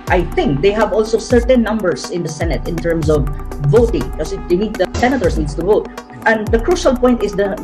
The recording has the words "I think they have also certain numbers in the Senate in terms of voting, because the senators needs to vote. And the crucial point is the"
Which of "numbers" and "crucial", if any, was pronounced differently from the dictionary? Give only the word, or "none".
numbers